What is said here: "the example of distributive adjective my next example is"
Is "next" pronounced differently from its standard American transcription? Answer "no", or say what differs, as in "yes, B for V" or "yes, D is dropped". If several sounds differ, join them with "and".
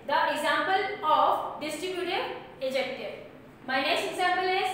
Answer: yes, K is dropped